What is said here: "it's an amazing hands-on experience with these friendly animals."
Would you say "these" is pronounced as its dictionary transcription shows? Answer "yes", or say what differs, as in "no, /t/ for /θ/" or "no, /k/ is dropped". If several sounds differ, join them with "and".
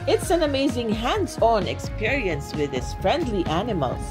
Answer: no, /s/ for /z/